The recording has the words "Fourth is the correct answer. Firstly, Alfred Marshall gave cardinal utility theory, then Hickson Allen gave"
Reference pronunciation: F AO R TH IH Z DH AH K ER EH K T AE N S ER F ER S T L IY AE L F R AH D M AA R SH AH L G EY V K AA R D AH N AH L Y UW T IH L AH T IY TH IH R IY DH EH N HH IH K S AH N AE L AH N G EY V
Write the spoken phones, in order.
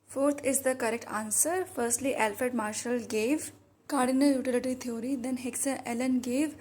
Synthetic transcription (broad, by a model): F AO R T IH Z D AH K ER EH K T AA N S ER F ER S T L IY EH L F AH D M AA R SH AH L G EY V K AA R D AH N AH Y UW T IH L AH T IY T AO R IY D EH N HH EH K S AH EH L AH N G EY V